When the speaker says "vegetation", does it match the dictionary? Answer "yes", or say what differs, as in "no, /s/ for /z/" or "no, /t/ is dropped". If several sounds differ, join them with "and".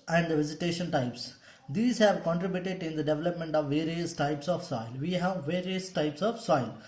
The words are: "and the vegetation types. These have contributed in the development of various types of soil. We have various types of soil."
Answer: no, /z/ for /dʒ/